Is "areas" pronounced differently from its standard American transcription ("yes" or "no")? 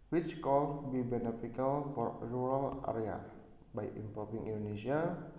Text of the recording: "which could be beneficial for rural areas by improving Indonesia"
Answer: yes